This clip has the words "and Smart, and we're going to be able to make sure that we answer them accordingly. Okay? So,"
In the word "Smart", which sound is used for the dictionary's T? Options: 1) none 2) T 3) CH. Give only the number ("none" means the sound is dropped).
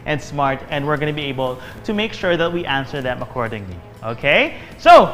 2